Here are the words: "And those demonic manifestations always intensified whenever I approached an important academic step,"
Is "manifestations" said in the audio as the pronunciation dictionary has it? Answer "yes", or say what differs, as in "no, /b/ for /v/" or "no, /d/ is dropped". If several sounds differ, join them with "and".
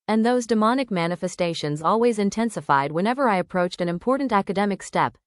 yes